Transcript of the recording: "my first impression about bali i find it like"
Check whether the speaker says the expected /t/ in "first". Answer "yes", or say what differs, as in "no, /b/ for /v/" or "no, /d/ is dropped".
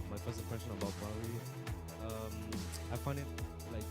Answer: no, /t/ is dropped